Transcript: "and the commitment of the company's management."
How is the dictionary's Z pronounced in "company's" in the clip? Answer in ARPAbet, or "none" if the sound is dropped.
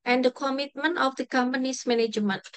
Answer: S